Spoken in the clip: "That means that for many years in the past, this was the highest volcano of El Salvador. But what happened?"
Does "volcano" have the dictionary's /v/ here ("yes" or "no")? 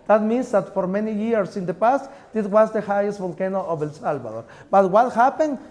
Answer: no